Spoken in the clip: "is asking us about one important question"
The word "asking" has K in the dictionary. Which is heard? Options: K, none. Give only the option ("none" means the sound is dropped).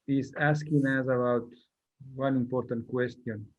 K